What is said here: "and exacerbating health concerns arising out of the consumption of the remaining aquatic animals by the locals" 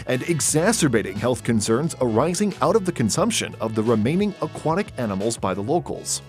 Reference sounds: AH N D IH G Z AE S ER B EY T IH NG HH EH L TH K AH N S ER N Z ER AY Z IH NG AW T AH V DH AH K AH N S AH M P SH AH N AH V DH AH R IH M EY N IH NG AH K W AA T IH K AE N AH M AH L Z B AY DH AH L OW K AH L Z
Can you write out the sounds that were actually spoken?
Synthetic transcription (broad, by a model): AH N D IH G Z AE S ER B EY T IH NG HH EH L TH K AH N S ER N Z ER AY Z IH NG AW T AH V DH AH K AH N S AH M P SH AH N AH V DH AH R IH M EY N IH NG AH K W AA T IH K AE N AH M L Z B AY DH AH L OW K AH L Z